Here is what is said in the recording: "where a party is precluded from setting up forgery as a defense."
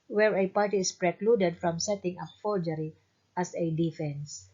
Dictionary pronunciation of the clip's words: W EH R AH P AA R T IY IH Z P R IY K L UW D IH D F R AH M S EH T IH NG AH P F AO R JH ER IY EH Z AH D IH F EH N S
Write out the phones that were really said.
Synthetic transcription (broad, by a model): W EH R AH P AA R T IY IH S P R IY K L UW D IH D F R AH M S EH T IH NG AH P F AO L JH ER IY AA S AH D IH F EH N S